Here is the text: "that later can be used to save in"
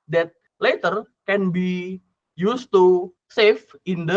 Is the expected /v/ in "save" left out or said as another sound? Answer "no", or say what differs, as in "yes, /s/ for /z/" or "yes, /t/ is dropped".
yes, /f/ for /v/